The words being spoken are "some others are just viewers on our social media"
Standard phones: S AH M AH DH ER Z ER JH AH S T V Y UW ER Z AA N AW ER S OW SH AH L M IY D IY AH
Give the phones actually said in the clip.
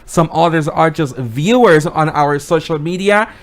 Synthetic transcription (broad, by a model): S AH M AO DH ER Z ER JH AH S T V Y UW ER Z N AW ER S OW SH L M IY D IY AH